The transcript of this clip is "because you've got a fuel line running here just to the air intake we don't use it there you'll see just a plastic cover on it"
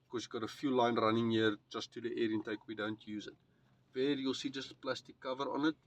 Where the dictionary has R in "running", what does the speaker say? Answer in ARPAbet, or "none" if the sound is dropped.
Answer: R